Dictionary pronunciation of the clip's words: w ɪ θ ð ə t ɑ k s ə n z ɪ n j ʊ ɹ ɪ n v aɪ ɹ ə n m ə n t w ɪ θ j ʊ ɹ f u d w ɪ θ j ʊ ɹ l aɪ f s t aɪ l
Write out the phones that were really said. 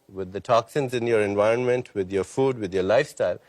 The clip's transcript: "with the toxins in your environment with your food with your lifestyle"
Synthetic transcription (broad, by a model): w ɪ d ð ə t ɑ k s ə n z ɪ n j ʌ ɹ ɪ n v aɪ ɹ ə n m ə n t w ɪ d j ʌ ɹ f u d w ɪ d j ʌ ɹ l aɪ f s t aɪ l